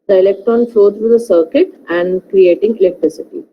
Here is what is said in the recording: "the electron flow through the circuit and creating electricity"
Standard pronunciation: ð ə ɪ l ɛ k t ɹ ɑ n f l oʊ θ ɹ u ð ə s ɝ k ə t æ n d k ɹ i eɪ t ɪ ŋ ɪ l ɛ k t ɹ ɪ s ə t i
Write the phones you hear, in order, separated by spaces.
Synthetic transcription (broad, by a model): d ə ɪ l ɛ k t ɑ n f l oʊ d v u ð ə s ɝ k ə t æ n d k ɹ i eɪ t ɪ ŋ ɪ l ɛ k t ɹ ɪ s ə t i